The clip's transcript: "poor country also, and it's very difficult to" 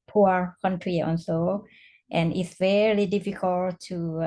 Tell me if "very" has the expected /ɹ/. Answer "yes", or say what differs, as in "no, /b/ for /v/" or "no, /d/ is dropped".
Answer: no, /l/ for /ɹ/